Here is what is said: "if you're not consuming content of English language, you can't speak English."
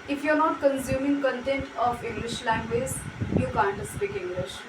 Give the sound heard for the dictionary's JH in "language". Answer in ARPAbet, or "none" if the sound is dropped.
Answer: Z